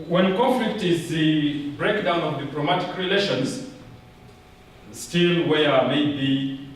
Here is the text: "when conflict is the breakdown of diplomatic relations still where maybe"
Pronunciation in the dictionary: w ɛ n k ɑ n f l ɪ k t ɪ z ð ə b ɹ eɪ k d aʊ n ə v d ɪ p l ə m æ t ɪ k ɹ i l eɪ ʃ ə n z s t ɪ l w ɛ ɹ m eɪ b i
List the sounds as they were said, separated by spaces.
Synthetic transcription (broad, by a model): w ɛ n k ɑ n f l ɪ k t ɪ z ð ə b ɹ eɪ k d aʊ n ə v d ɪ p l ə m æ t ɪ k ɹ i l eɪ ʃ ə n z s t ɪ l w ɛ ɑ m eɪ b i